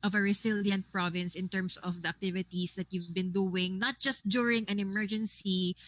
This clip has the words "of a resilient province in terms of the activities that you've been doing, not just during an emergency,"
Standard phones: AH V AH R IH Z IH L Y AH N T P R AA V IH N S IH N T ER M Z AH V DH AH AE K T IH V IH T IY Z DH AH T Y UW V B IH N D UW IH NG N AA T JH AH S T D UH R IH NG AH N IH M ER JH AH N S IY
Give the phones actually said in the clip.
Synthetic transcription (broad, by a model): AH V AH R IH S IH L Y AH N T P R AA V IH N S IH N T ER M S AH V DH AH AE K T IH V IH T IY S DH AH T Y UW V B IH N D UW IH NG N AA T JH AH S T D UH R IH NG AH N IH M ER JH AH N S IY